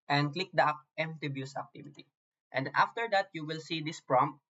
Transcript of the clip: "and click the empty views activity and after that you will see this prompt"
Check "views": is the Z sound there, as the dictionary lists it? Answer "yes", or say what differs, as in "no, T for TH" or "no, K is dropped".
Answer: no, S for Z